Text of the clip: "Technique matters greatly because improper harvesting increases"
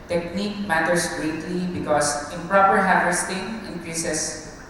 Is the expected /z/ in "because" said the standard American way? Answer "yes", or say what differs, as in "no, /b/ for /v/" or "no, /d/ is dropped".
no, /s/ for /z/